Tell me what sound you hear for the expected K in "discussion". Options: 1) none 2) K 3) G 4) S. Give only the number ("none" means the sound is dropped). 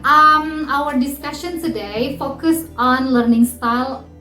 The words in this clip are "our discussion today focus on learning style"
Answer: 2